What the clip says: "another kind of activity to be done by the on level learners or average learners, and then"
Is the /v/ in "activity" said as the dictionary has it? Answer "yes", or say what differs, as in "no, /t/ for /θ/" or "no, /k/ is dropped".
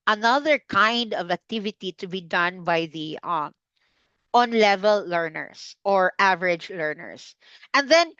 yes